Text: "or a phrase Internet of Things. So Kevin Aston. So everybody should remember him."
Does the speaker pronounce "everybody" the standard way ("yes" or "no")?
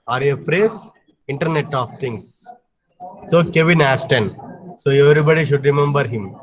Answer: yes